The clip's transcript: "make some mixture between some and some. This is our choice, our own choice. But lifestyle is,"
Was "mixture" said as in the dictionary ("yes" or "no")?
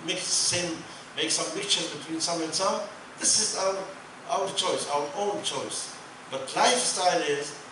no